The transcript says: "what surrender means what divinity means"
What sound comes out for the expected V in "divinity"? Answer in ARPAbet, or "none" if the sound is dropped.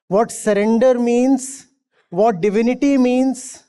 V